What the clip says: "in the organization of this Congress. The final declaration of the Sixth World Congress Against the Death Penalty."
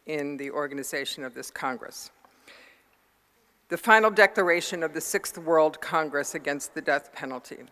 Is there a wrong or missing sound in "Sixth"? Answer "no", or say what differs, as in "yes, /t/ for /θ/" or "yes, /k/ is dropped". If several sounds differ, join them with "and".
no